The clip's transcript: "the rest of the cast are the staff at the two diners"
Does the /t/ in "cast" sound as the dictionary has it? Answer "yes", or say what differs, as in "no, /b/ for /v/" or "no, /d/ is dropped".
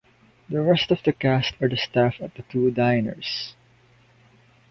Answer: yes